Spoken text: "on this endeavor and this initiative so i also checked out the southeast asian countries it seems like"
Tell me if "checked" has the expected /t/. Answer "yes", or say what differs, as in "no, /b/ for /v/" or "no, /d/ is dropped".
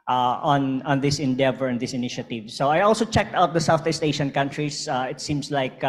yes